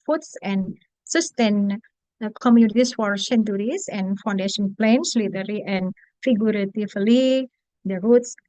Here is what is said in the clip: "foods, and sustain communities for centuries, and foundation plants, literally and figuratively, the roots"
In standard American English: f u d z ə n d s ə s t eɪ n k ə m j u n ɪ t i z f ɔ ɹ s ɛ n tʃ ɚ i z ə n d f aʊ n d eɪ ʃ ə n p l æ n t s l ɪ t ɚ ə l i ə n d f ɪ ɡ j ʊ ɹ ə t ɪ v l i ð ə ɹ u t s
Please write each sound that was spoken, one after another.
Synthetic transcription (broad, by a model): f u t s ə n s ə s t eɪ n k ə m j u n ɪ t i s f ɔ ɹ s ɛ n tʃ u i s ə n f aʊ n d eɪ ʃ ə n p l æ n s l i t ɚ l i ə n f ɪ ɡ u ɹ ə t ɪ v l i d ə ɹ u t s